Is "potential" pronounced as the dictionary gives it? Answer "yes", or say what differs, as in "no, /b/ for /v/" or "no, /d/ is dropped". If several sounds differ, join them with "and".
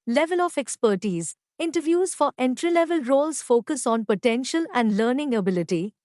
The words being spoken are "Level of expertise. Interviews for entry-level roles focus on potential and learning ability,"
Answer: yes